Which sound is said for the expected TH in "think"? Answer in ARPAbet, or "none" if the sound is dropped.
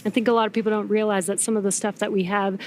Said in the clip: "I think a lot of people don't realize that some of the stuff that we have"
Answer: TH